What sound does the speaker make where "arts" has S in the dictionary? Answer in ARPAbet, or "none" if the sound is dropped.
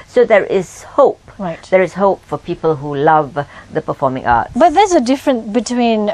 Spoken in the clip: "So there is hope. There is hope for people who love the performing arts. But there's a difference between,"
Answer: none